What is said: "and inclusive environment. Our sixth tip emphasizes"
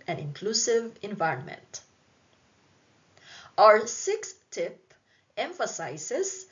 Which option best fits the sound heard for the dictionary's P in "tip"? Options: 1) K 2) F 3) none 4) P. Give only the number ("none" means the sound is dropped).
4